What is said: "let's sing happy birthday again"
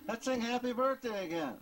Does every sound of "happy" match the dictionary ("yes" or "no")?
yes